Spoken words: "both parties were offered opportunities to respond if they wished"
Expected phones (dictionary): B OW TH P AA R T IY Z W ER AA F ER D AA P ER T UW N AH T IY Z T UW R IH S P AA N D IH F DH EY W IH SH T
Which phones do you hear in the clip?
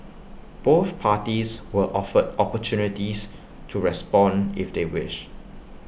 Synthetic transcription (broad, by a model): B OW TH P AA T IY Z W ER AA F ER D AA P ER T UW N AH T IY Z T UW R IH S P AA N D IH F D EY W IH SH